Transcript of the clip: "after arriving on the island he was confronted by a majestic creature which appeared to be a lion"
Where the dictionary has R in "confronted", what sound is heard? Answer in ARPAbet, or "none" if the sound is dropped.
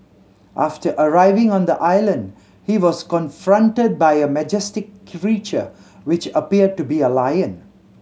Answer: R